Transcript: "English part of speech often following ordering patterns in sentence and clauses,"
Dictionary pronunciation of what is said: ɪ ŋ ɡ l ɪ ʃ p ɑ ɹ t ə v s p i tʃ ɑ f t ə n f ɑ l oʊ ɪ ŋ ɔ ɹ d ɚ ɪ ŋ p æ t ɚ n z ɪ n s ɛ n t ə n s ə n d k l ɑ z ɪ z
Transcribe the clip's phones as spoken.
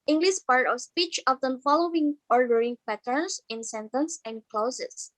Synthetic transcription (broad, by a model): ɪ ŋ ɡ l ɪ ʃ p ɑ ɹ t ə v s p i tʃ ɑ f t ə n f ɑ l oʊ ɪ ŋ ɔ ɹ d ɚ ɪ ŋ p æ t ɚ n s ɪ n s ɛ n t ə n s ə n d k l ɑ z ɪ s